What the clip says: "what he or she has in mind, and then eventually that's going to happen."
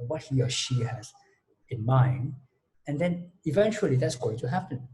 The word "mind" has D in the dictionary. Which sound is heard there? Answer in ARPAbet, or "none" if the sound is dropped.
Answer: none